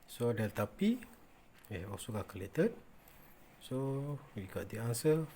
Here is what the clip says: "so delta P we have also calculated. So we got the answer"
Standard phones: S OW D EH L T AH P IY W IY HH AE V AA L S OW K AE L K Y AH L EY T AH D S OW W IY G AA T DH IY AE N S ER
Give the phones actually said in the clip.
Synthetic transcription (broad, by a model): S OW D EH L T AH P IY W IY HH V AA S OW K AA K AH L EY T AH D S OW W IY G AA T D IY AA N S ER